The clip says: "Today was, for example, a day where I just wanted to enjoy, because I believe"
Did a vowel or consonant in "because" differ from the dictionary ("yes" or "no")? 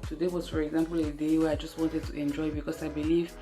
yes